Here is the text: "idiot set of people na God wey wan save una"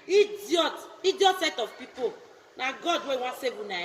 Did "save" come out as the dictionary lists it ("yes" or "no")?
no